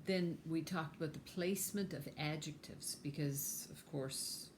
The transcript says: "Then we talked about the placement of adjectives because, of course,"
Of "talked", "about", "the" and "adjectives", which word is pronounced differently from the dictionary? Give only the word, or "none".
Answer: none